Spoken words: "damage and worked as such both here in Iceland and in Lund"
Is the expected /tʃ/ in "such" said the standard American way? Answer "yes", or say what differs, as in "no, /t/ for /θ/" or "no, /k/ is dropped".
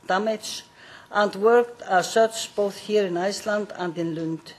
no, /s/ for /tʃ/